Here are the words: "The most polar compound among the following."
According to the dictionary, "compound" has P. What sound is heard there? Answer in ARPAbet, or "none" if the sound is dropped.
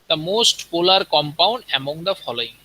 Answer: P